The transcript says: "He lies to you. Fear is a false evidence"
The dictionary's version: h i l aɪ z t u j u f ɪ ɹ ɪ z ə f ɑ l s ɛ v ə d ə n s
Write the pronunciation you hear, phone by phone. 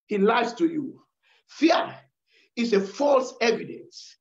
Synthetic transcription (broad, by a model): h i l aɪ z t u j u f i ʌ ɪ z ə f ɑ l s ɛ v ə d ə n s